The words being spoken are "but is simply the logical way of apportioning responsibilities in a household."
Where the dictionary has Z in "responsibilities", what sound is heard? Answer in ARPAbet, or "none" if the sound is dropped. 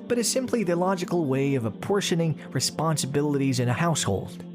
Z